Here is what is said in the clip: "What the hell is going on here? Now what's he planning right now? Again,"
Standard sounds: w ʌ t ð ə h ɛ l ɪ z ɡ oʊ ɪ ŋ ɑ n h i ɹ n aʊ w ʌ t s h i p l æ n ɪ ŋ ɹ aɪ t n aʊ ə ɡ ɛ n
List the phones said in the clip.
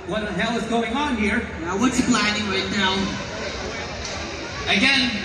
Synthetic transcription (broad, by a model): w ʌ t ð ə h ɛ l ɪ z ɡ oʊ ɪ ŋ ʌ n h i ɹ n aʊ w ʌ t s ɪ b l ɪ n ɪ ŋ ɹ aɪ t n aʊ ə ɡ ɛ n